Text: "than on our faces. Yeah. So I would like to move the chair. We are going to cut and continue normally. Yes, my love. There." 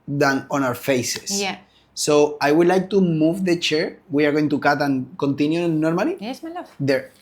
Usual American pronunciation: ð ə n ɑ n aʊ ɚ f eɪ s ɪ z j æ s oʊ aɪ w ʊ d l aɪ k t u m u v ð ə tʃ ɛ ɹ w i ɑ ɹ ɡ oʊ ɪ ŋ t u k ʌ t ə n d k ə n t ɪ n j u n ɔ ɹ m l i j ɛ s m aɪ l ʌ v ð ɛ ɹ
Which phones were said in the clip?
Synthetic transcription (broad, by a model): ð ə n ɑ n aʊ ɚ f eɪ s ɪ s oʊ aɪ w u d l aɪ k t u m u v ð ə tʃ ɛ ɹ w i ɑ ɹ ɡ oʊ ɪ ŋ t u k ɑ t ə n k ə n t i n j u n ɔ ɹ m i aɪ l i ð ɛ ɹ